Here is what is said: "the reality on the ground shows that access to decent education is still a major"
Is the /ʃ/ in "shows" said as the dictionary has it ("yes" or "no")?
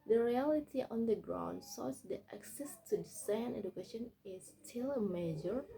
no